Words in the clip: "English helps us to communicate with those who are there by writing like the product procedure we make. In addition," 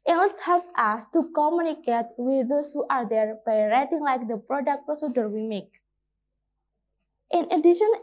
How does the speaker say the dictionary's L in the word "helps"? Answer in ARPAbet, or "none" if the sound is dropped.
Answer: L